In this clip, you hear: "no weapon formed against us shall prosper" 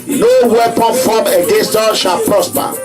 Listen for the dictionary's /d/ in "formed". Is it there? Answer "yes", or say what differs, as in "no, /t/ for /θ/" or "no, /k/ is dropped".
no, /d/ is dropped